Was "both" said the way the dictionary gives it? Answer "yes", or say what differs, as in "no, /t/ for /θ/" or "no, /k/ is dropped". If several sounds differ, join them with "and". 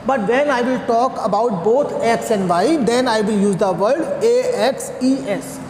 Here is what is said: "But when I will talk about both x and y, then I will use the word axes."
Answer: no, /t/ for /θ/